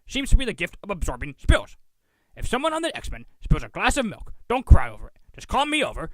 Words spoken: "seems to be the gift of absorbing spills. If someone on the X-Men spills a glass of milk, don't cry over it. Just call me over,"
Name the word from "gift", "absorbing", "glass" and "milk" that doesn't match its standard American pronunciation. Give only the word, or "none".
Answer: none